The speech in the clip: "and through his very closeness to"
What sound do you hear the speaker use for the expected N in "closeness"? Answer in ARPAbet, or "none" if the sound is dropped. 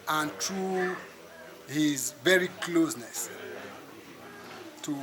N